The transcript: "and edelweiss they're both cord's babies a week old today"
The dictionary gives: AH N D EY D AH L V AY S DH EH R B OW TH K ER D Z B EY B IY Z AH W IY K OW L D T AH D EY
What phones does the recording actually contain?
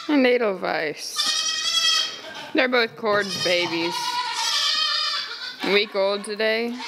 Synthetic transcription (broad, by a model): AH N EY D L V AY S DH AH R B OW TH K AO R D B EY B IY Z W IY K OW L D T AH D EY